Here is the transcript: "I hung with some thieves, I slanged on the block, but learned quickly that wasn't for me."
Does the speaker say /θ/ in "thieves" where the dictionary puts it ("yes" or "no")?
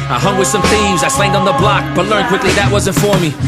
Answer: yes